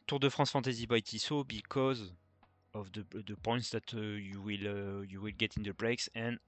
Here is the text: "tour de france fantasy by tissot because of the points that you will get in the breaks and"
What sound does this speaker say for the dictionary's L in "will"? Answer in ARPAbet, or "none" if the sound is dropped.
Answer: L